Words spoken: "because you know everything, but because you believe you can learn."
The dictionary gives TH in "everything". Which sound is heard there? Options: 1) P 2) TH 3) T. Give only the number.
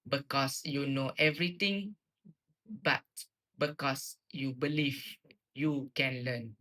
3